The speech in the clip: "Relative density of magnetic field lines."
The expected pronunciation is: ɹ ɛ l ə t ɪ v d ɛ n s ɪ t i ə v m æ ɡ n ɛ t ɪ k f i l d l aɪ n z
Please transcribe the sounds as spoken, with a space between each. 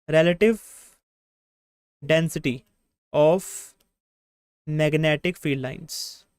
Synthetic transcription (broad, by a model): ɹ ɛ l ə t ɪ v d ɛ n s ɪ t i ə f m æ ɡ n ɛ t ɪ k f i d l aɪ n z